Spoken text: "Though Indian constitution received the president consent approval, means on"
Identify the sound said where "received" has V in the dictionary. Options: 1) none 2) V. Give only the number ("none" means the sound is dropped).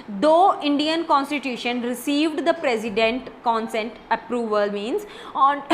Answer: 2